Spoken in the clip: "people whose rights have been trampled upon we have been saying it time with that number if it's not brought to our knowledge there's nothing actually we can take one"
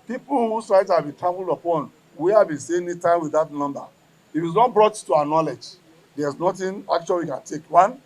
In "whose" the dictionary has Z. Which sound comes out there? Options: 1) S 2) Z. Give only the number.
1